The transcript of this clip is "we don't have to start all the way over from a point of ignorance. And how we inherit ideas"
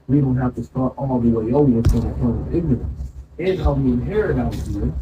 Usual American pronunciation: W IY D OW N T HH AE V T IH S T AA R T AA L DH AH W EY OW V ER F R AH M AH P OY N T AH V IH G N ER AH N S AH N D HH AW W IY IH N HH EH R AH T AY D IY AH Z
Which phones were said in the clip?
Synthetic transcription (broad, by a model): W IY D OW N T HH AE F T IH S T AA R T AA L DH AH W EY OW ER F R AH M AH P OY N AH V IH G N ER AH N S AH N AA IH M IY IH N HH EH R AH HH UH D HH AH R